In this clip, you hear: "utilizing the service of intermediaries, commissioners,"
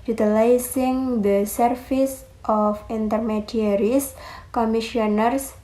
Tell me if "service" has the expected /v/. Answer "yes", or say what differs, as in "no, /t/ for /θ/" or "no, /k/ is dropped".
no, /f/ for /v/